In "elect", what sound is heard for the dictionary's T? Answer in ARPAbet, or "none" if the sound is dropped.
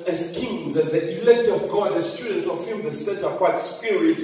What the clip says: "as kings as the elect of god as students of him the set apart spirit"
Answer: T